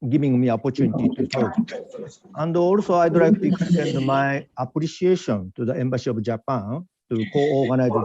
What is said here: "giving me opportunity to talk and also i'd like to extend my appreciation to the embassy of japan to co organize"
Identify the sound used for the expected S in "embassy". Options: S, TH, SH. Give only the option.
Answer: SH